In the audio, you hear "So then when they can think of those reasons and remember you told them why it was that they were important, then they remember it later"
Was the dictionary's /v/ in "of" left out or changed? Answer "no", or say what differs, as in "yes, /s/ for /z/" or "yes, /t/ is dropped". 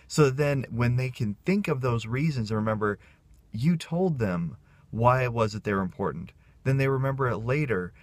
no